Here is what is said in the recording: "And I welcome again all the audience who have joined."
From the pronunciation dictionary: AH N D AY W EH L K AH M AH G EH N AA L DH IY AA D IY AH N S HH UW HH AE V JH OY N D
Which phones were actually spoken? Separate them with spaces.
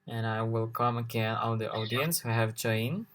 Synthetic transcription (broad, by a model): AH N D AY W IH L K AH M AH G EH N AA L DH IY AA D IY AH N S HH UW HH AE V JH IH N